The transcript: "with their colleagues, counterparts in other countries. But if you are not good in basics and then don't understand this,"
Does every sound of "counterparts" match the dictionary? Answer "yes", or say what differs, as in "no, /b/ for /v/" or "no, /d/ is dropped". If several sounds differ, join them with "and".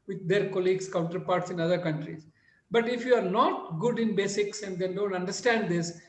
yes